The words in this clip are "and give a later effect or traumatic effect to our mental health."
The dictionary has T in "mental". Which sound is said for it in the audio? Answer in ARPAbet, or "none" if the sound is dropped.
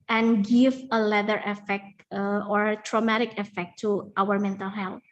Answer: T